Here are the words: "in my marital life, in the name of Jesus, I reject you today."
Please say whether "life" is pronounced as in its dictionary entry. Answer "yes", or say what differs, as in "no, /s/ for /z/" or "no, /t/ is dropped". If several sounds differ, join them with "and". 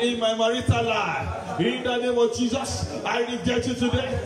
no, /f/ is dropped